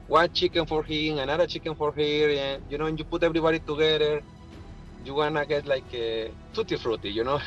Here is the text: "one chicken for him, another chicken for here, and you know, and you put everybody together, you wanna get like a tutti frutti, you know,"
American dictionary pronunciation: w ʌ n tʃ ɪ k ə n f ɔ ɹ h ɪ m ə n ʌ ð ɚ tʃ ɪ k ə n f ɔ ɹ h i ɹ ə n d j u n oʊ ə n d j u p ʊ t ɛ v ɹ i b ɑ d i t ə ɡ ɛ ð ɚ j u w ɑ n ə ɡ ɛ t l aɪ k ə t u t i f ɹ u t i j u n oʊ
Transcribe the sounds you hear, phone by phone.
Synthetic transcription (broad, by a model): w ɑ tʃ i k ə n f ɔ ɹ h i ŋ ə n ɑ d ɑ tʃ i k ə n f ɔ ɹ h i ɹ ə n j u n oʊ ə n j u p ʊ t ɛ b ɹ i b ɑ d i t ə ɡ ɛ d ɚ j u w ɑ n ə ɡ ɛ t l aɪ k ə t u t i f ɹ u t i j u n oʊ